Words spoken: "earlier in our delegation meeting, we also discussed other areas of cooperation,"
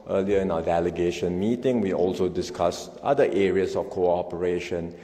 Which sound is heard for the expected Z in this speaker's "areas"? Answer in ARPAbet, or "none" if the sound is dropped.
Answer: S